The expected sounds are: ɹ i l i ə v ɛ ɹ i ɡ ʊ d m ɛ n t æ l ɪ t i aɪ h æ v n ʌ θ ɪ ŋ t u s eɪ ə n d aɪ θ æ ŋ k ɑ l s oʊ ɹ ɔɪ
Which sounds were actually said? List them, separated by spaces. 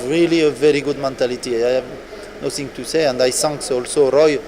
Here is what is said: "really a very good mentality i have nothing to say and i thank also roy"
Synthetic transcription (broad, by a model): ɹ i l i ə v ɛ ɹ i ɡ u d m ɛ n t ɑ l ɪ t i aɪ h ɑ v n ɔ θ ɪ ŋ t u s eɪ ə n d aɪ s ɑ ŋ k ɑ l s oʊ ɹ ɔɪ